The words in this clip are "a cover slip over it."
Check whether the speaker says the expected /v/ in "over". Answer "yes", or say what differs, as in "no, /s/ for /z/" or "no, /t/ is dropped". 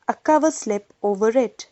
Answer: yes